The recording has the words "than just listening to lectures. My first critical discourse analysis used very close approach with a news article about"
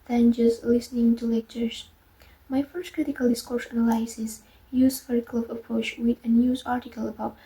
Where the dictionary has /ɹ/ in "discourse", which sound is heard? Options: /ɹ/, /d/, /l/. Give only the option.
/ɹ/